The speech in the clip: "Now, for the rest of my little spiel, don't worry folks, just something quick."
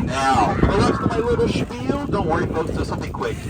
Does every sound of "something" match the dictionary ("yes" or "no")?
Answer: yes